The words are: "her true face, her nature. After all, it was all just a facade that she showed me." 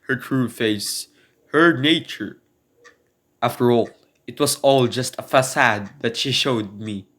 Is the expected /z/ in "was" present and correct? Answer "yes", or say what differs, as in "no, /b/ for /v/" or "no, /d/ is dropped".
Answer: no, /s/ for /z/